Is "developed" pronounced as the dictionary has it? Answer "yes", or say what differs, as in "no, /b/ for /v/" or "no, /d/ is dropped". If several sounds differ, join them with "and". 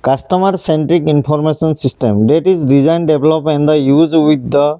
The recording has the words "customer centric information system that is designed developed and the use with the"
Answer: no, /t/ is dropped